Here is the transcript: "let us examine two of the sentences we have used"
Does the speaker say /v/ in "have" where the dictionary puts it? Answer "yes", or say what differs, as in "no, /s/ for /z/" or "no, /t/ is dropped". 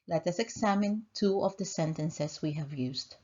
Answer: yes